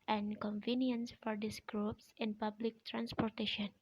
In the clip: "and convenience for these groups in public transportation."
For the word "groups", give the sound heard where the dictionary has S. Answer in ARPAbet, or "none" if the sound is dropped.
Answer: S